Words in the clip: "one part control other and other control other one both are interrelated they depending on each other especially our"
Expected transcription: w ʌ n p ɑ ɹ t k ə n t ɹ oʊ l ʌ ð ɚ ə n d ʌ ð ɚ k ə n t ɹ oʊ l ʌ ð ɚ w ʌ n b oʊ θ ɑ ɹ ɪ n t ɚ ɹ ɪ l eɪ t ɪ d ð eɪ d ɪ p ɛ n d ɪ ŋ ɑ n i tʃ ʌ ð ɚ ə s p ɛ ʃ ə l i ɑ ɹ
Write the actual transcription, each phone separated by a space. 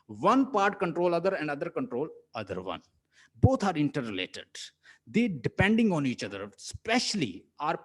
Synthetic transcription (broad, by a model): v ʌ n p ɑ ɹ t k ə n t ɹ oʊ l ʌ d ɚ ə n d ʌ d ɚ k ə n t ɹ oʊ l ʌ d ɚ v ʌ n b oʊ t ɑ ɹ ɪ n t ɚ ɹ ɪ l eɪ t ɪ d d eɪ d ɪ p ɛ n d ɪ ŋ ɑ n i tʃ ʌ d ɚ s p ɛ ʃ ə l i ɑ ɹ